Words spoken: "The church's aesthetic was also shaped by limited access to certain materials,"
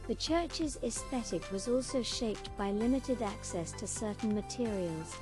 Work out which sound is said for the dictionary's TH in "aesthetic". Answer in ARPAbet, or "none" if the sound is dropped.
TH